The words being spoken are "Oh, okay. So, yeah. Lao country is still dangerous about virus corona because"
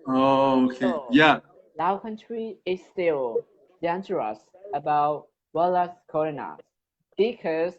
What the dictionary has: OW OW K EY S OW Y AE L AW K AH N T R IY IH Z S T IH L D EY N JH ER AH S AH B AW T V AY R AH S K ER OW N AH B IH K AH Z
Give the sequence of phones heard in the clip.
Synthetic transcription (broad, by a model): OW OW K EY Y AE L AW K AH N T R IY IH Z S T IH L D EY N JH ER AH S AH B AW T W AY L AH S K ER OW N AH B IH K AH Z